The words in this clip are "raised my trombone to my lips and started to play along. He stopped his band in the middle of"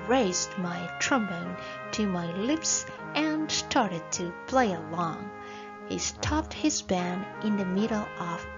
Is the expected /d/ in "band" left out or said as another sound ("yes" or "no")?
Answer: yes